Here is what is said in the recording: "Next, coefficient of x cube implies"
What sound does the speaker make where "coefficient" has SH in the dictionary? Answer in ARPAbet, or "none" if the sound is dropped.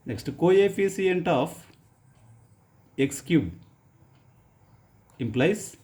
S